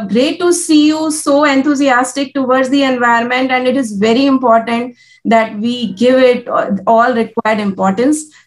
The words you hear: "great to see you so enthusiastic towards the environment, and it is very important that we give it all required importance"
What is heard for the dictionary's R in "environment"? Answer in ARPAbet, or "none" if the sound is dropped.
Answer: none